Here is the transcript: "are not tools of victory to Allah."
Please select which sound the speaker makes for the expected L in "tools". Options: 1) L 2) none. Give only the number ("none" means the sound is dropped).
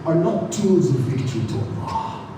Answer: 2